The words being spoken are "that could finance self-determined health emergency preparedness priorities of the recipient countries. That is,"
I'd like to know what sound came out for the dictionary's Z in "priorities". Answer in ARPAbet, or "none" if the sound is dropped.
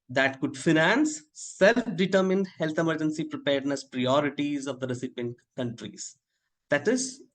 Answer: Z